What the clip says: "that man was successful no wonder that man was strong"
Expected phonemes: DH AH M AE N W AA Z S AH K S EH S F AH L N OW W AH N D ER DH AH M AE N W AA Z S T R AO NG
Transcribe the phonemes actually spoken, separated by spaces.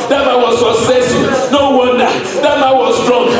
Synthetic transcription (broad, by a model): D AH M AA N W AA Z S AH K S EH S AH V N OW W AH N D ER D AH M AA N W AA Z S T R AO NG